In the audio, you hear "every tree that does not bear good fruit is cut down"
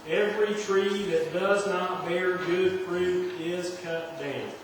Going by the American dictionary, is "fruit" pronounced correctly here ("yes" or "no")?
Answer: no